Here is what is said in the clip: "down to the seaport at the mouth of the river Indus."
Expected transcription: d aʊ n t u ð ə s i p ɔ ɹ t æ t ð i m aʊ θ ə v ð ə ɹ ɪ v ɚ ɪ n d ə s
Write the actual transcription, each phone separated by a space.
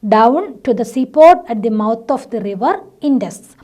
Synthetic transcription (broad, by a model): d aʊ n t u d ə s i p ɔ ɹ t æ t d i m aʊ t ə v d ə ɹ ɪ v ɚ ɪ n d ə s